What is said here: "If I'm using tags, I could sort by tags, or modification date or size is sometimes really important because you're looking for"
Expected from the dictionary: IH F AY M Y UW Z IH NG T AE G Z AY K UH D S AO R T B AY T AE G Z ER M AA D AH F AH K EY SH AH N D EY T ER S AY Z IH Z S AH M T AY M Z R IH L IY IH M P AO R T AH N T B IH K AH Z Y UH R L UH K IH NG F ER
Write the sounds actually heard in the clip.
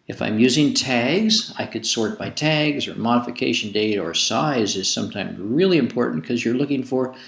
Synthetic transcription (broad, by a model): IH F AY M Y UW Z IH NG T AE G Z AY K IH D S AO R T B AY T AE G Z ER M AA D AH F AH K EY SH AH N D EY T ER S AY Z IH Z S AH M T AY M Z R IH L IY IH M P AO R T N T K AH Z Y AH R L UH K IH NG F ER